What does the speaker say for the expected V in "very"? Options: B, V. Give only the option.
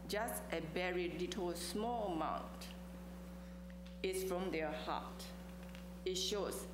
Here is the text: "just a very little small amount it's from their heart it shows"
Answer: B